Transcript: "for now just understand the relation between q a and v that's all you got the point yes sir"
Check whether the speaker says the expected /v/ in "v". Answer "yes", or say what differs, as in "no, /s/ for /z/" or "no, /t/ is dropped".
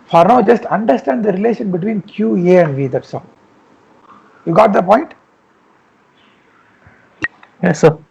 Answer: yes